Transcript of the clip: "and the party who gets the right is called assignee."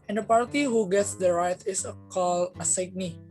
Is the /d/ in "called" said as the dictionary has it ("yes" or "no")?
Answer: no